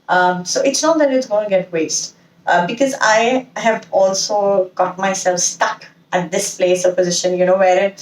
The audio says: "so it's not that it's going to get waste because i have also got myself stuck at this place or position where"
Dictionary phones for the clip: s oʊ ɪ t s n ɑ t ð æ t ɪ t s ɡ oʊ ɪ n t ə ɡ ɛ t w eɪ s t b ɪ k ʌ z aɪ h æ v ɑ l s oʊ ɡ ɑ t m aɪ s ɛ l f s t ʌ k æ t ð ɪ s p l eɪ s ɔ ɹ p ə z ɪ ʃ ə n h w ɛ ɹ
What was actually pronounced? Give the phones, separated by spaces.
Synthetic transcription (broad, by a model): s oʊ ɪ t s n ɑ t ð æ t ɪ t s ɡ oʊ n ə ɡ ɛ t w eɪ s t b ɪ k ʌ z aɪ h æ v ɑ l s oʊ ɡ ɑ t m aɪ s ɛ l f s t ʌ k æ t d ɪ s p l eɪ s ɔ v p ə z ɪ ʃ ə n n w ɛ ɹ